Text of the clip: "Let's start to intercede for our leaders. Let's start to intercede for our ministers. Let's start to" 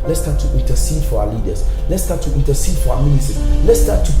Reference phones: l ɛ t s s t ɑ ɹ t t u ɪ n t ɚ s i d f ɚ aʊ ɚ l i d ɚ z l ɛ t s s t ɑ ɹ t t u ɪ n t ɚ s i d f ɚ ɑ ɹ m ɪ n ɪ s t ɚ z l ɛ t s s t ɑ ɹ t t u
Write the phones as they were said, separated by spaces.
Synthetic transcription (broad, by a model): l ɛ t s s t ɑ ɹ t t u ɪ n t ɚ s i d f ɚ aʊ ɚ l i d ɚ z l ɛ t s s t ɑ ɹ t t u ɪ n t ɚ s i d f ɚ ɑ m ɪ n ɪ t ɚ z l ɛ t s s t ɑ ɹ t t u